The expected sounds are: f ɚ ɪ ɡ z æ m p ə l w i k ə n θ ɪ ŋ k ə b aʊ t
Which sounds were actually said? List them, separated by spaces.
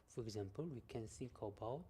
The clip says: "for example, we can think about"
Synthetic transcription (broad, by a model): f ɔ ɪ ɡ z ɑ m p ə l w i k ə n s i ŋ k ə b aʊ